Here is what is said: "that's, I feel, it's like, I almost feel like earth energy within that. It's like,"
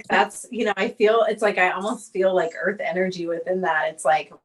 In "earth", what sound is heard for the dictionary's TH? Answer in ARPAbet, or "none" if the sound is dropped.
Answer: TH